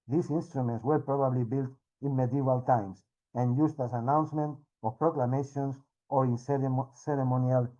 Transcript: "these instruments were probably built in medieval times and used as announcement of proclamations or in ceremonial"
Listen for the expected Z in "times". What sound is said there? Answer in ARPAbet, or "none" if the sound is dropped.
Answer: S